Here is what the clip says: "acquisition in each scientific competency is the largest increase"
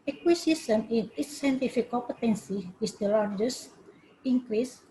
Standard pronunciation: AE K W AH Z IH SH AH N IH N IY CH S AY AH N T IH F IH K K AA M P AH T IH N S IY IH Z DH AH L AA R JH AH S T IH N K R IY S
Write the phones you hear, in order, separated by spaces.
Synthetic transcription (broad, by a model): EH K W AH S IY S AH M IH N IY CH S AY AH N T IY F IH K K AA P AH T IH N S IY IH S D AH L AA R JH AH S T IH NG K R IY S